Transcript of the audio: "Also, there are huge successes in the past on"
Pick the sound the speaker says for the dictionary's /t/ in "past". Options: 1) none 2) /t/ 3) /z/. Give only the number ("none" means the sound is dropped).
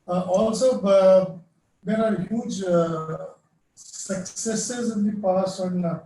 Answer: 1